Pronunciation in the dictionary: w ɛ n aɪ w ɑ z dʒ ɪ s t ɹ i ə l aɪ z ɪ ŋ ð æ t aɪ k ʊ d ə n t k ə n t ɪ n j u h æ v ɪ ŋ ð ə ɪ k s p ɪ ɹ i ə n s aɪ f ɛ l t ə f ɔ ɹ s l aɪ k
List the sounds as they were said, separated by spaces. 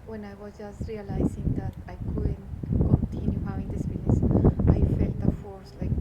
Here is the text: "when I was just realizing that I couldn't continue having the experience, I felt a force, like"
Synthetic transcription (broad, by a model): w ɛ n aɪ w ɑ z dʒ ɪ s t ɹ i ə l aɪ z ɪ ŋ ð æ t aɪ k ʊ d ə n t k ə n t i n j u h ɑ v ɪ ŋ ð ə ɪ s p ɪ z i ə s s aɪ f ɛ l t ə f ɔ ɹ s l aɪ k